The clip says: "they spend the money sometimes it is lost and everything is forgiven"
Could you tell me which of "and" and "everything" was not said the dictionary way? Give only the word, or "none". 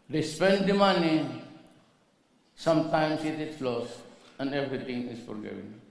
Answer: everything